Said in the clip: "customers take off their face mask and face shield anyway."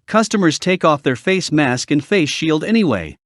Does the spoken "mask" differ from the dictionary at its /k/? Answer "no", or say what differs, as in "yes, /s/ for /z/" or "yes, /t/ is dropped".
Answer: no